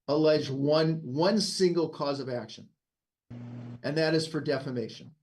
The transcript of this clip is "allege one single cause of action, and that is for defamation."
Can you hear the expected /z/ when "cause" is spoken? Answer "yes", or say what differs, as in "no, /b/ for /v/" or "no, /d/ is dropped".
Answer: yes